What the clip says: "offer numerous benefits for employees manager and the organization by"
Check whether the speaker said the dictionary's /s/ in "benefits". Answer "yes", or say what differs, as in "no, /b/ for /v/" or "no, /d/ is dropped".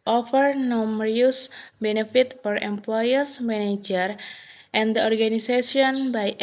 no, /s/ is dropped